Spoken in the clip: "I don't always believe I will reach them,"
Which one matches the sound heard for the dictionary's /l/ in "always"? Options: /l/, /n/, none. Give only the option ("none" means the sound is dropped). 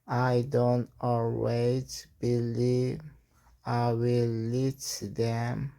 /l/